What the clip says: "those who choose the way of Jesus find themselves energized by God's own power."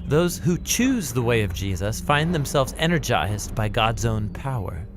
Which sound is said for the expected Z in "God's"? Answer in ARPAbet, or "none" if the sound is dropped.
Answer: Z